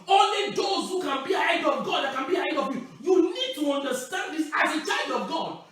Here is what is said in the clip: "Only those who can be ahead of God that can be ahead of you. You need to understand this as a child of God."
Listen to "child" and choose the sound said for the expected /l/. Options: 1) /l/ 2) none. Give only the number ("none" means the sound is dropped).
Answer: 1